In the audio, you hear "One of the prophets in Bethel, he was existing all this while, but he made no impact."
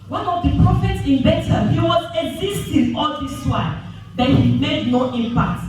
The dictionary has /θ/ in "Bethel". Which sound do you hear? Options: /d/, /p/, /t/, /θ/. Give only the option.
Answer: /t/